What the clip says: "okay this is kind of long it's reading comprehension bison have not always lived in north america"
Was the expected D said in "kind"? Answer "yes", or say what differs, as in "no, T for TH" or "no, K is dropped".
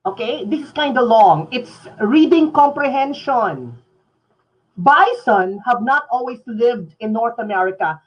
yes